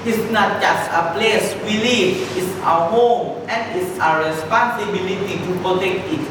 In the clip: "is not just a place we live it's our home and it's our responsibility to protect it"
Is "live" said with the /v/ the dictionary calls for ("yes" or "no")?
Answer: no